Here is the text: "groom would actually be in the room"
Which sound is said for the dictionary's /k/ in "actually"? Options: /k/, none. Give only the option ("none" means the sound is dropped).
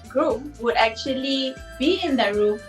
/k/